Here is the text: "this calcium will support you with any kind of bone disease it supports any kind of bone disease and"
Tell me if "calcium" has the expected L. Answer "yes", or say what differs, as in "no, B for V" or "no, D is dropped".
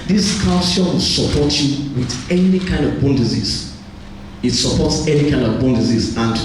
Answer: no, L is dropped